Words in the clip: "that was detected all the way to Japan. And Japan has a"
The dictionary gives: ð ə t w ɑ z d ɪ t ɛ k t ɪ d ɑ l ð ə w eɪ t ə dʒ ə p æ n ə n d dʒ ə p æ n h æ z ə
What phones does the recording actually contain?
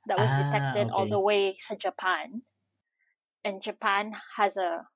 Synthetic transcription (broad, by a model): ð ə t w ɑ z d ɪ t ɛ k t ɪ d ɑ l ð ə w eɪ s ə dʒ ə p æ n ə n dʒ ə p æ n h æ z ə